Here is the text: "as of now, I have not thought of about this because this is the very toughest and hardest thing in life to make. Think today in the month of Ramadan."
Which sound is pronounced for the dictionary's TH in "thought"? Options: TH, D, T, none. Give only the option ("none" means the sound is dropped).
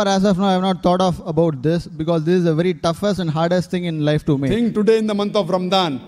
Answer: T